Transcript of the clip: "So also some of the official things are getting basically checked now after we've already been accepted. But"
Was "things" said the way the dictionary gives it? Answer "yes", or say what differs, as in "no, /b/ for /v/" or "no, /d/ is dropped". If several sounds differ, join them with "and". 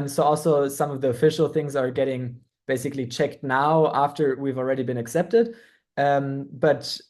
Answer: yes